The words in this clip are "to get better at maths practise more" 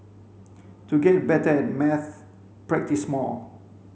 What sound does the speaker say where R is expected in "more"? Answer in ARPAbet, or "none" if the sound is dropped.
L